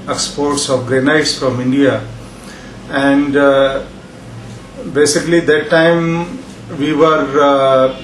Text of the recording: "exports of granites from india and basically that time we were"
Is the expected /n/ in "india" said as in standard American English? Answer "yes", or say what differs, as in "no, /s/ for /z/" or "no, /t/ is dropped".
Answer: yes